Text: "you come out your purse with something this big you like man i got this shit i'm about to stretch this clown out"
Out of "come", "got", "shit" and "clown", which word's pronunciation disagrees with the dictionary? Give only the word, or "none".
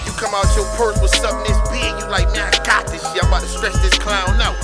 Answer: shit